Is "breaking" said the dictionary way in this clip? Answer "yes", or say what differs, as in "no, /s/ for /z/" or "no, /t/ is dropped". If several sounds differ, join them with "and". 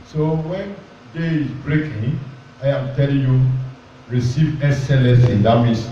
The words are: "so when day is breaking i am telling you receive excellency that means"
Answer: yes